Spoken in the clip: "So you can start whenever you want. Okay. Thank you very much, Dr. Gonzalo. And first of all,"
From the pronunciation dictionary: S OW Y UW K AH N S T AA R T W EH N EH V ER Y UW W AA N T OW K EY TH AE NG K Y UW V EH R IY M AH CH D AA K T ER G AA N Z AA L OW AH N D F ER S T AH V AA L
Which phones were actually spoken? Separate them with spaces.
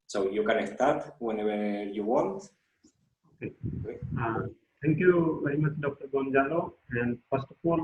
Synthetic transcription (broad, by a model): S OW Y UW K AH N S T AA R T W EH N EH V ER Y UW W AA N T OW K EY T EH NG K Y UW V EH R IY M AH CH D AA K T ER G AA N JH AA L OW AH N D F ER S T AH F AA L